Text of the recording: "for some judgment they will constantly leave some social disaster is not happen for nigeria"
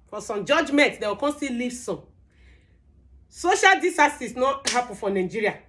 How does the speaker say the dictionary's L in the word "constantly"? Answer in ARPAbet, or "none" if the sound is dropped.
none